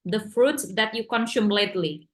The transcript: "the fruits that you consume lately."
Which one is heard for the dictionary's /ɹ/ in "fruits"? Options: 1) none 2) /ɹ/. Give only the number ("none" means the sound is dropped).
2